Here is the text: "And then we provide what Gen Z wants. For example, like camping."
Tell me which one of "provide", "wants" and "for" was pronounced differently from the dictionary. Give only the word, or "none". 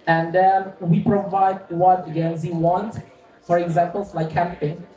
wants